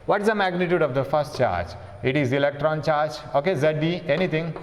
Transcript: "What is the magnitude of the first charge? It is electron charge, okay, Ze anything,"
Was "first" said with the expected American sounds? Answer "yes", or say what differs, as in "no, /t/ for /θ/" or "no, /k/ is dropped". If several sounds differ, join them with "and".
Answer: yes